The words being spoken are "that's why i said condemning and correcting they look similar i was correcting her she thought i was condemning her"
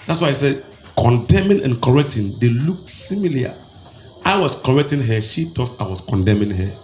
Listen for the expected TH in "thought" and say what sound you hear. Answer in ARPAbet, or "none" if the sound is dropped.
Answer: T